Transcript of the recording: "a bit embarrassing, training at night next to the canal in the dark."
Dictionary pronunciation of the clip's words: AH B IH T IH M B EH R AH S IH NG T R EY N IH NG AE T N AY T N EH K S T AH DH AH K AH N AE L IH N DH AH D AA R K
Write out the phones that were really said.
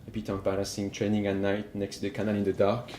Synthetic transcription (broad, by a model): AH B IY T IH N B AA L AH S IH NG T R EY N IH NG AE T N AY T N EH K S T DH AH K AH N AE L IH N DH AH D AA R K